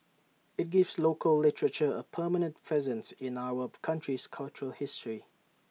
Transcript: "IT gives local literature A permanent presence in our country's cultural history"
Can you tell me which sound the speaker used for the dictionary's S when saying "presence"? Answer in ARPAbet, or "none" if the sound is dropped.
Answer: S